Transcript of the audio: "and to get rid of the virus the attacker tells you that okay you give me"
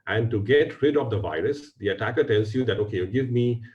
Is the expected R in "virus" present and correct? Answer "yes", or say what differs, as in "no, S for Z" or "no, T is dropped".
yes